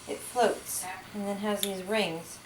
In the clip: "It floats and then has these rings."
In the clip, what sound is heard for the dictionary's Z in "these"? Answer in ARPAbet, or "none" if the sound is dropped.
Z